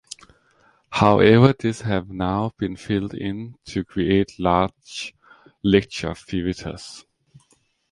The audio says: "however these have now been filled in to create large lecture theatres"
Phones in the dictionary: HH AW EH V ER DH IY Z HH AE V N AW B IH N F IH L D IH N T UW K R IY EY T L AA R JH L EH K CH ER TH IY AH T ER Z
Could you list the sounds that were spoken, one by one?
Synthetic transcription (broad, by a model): HH AW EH V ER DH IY S HH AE V N AW B IH N F IH L D IH N T UW K R IY EY T L AA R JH L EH K CH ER F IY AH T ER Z